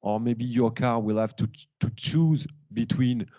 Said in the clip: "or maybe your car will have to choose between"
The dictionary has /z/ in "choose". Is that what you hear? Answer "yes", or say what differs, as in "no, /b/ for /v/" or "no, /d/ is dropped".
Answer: yes